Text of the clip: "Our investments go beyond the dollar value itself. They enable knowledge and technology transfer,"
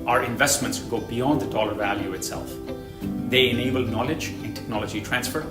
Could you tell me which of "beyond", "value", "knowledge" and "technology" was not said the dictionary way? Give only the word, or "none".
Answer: none